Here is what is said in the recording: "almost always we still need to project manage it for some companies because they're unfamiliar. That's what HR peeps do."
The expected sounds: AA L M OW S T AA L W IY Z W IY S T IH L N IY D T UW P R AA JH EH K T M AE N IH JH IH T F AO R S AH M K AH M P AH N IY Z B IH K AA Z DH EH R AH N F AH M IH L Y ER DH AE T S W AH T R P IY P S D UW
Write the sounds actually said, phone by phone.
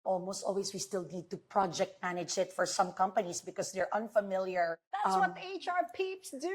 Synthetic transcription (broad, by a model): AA L M OW S T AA L W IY S W IY S T IH L N IY D T UW P R AA JH EH K T M AE N IH JH IH T F AO R S AH M K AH M P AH N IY S B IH K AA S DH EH R AH N F AH M IH L Y ER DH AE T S W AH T R P IY P S D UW